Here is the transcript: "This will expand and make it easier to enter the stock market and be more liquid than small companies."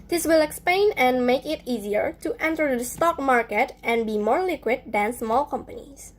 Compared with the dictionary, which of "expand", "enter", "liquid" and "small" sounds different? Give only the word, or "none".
expand